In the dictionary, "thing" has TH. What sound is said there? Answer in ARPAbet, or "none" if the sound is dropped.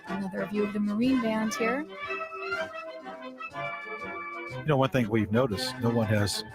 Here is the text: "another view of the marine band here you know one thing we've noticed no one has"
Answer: TH